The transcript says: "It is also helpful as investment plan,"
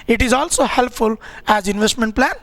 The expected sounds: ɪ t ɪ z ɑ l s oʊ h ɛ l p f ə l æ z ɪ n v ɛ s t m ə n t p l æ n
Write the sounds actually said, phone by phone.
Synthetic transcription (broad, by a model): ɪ t ɪ z ɑ l s oʊ h ɛ l p f ə l æ z ɪ n v ɛ s t m ə n t p l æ n